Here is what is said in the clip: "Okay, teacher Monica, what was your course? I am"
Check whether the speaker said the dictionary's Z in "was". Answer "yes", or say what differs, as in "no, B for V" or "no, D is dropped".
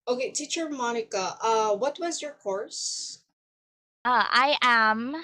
yes